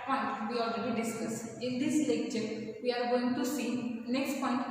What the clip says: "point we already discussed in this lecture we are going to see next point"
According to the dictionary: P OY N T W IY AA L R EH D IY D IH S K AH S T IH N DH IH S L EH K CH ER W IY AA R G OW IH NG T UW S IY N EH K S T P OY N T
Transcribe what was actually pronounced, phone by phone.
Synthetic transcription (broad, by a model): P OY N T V IY AA L R EH D IY D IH S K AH S IH N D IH S L EH K CH ER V IY AA R G OW IH NG T UW S IY N EH K S T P OY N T